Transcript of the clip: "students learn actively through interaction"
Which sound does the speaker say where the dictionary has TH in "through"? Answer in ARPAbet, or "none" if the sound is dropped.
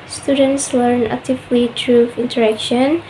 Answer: T